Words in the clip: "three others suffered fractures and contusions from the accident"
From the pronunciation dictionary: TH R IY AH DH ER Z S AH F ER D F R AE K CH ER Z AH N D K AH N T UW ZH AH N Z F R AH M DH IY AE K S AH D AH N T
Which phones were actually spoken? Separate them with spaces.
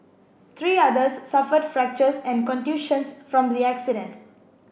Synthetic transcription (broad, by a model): T R IY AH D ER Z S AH F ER D F R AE K CH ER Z AH N D K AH N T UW SH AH N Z F R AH M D IY AE K S AH D AH N T